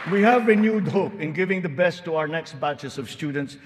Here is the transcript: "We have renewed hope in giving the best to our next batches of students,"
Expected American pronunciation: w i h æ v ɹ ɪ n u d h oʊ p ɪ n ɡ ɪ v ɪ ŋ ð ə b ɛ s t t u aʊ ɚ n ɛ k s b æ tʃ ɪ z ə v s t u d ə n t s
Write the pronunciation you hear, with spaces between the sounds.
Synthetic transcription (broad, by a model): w i h æ v ɹ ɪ n u d h oʊ p ɪ n ɡ ɪ v ɪ ŋ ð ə b ɛ s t t u aʊ ɚ n ɛ k s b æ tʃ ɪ s ə v s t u d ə n t s